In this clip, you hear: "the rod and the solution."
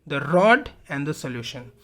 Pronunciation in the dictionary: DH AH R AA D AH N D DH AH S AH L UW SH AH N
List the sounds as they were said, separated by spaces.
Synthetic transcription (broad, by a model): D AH R AA D AH N D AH S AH L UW SH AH N